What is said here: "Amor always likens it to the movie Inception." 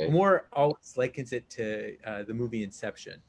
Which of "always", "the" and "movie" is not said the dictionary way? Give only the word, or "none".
none